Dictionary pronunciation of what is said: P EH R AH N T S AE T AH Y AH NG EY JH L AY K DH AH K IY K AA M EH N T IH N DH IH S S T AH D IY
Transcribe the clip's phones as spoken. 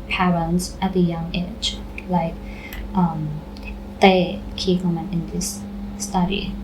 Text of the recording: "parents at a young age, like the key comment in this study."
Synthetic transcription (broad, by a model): P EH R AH N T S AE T AH Y AH NG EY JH L AY K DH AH K IY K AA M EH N IH N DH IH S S T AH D IY